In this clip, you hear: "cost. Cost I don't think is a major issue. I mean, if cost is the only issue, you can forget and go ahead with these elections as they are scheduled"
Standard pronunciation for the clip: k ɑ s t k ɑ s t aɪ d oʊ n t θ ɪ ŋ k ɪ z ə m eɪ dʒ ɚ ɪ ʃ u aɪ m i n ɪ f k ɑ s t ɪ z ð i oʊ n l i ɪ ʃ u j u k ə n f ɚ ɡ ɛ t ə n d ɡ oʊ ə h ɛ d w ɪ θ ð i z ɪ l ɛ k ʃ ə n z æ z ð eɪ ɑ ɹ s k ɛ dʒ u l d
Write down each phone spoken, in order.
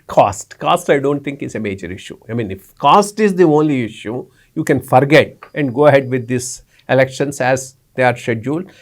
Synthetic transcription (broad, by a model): k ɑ s t k ɑ s t aɪ d oʊ n t t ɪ ŋ k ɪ s ə m eɪ dʒ ɚ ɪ ʃ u aɪ m i n ɪ f k ɑ s t ɪ z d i oʊ n l i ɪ ʃ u j u k ə n f ɚ ɡ ɛ t ə n d ɡ oʊ ə h ɛ d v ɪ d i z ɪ l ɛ k ʃ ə n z æ z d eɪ ɑ ɹ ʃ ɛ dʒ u l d